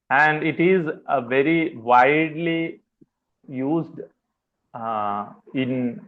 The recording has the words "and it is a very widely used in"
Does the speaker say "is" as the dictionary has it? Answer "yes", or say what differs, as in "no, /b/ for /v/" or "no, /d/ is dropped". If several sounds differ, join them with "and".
yes